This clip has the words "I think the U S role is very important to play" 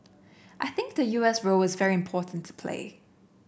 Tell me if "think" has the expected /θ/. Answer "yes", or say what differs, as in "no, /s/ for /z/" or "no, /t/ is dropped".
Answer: yes